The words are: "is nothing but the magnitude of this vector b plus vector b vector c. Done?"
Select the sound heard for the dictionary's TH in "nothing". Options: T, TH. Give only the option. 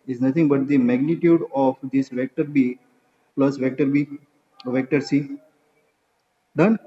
T